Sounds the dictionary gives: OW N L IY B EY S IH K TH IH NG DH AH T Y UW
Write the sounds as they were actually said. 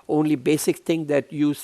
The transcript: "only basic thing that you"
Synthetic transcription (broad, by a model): OW N L IY B EY S IH K T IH NG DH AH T Y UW